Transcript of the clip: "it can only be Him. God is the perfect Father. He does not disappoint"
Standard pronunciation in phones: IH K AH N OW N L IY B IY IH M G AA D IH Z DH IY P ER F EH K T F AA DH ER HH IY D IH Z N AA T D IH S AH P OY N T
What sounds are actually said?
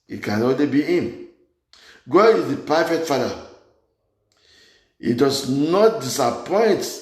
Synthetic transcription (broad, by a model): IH K AH N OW L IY B IY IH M G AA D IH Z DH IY P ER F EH T F AA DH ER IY D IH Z N AA T D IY S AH P OY N T